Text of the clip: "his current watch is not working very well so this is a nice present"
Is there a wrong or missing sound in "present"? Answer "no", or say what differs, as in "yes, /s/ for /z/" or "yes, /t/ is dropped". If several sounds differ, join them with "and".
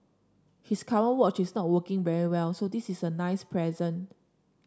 yes, /t/ is dropped